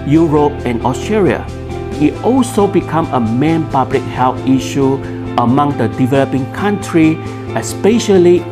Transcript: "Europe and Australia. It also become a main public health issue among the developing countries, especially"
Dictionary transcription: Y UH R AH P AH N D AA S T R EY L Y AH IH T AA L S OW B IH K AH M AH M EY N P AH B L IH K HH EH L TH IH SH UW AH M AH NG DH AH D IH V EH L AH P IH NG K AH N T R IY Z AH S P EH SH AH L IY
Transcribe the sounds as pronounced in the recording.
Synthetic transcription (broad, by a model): Y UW R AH P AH N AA S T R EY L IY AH IH T AA L S OW B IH K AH M AH M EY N P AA B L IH K HH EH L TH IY SH UW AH M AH NG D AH D IH V EH L AH P IH NG K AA N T R IY AH S P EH SH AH L IY